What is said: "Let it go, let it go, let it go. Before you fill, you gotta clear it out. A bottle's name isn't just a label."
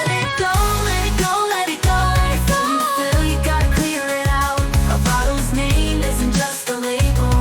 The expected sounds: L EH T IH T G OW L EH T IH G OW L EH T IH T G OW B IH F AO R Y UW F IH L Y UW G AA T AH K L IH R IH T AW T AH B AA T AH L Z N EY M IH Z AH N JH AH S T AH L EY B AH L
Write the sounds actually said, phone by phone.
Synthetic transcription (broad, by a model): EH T IH T G OW L EH T G OW L EH T IH T G OW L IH AO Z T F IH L Y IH G AA T AH K L IH R IH T AW T AH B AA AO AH Z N EY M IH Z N JH AH S T AH L EY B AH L